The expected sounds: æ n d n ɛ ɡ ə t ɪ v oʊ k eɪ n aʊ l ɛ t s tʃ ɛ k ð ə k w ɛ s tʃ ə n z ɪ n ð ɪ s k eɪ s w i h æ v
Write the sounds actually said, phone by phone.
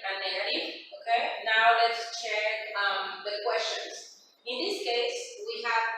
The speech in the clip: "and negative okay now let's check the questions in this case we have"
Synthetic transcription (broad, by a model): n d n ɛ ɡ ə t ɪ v oʊ k eɪ n aʊ l ɛ t s tʃ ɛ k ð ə k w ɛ s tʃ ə n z ɪ n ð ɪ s k eɪ s w i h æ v